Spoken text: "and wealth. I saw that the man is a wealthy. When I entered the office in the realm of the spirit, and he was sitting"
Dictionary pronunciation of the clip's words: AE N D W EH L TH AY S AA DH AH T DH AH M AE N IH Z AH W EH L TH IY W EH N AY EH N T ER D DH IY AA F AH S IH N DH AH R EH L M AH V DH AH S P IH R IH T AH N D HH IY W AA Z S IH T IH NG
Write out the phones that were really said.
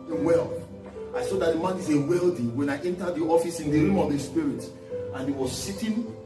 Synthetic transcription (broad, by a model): W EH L AY S AA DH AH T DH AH M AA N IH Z AH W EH L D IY W EH N AY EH N T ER D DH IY AA F AH S IH N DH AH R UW M AH V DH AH S P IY R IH T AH N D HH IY W AA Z S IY T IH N